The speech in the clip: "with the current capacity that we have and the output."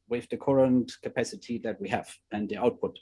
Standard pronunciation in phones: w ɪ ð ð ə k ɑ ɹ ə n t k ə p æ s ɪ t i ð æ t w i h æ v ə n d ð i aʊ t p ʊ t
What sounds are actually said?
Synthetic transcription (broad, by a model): w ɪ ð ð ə k ɑ ɹ ə n t k ə p æ s ɪ t i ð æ t w i h æ v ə n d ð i aʊ t p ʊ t